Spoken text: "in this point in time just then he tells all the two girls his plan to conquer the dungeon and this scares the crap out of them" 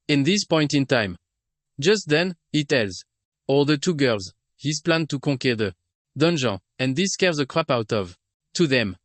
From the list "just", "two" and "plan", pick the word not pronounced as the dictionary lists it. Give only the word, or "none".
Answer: none